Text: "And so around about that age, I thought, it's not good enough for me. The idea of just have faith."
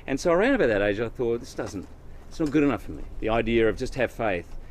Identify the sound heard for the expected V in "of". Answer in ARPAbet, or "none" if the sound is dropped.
V